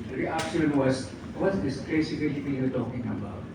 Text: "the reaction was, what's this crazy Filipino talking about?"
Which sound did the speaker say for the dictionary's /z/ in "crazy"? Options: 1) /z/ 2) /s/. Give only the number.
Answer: 2